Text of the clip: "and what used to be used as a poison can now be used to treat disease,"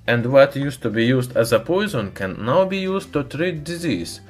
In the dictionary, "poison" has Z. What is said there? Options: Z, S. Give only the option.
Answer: Z